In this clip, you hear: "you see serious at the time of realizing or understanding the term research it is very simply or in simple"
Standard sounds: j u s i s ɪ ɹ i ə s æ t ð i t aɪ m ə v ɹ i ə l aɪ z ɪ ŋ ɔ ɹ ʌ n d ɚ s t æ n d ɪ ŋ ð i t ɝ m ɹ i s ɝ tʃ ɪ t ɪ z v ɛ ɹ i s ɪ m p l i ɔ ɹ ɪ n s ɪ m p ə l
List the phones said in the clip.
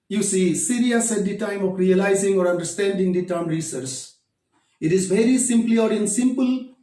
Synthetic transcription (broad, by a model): j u s i s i ɹ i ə s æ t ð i t aɪ m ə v ɹ i ə l aɪ z ɪ ŋ ɔ ɹ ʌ n d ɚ s t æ n d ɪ ŋ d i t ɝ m ɹ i s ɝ s ɪ t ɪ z v ɛ ɹ i s ɪ m p l i ɔ ɹ ɪ n s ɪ m p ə l